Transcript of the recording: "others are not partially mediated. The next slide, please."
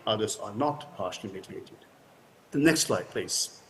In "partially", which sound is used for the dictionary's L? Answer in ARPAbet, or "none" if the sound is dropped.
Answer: N